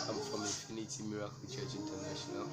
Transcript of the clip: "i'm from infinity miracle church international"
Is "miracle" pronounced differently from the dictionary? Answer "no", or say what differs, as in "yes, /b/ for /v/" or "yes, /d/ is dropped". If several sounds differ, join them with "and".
no